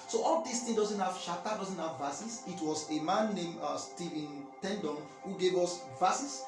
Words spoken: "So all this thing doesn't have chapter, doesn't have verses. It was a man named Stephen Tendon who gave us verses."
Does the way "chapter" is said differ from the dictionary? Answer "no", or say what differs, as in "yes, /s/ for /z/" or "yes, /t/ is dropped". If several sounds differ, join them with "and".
yes, /ʃ/ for /tʃ/ and /p/ is dropped